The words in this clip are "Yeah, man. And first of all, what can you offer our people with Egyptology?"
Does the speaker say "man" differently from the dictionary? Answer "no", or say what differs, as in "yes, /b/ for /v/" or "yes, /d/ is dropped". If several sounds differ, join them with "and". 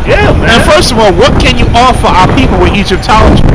yes, /n/ is dropped